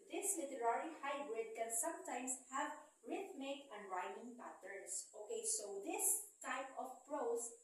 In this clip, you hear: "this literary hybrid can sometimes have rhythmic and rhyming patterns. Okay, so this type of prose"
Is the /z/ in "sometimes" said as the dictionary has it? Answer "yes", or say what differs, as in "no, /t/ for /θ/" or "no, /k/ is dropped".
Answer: no, /s/ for /z/